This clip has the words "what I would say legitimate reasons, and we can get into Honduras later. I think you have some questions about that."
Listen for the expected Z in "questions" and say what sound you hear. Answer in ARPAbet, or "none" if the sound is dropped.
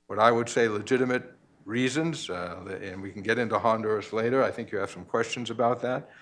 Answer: Z